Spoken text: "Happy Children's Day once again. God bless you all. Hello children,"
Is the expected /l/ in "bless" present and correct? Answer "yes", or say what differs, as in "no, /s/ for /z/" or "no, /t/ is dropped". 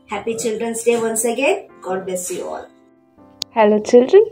no, /l/ is dropped